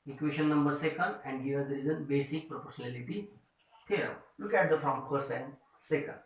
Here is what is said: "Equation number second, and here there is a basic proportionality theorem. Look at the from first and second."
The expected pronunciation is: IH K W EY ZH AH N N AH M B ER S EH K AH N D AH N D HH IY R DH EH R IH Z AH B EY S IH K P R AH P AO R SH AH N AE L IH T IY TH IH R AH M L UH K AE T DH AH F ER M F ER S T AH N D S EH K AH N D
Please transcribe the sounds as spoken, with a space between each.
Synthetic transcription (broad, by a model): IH K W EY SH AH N N AH M B ER S EH K AH N D AH N D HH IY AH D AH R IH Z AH B EY S IH K P R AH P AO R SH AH N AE L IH T IY T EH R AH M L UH K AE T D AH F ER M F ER S AH N D S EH K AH N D